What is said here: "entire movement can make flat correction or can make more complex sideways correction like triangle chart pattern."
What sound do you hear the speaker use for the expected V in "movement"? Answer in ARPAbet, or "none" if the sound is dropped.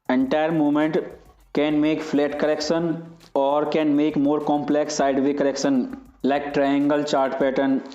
none